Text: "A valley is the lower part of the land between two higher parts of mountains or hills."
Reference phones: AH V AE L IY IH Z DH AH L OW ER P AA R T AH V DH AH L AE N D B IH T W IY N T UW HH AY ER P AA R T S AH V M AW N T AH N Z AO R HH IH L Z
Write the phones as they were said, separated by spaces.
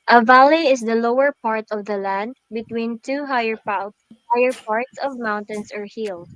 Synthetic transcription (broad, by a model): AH V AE L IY IH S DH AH L OW ER P AA R T AH V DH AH L AE N D B IH T W IY N T UW HH AY ER P AA R T S AH V M AW N T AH N S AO R HH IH L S